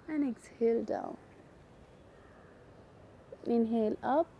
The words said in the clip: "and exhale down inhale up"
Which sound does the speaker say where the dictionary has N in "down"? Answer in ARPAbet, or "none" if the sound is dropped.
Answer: L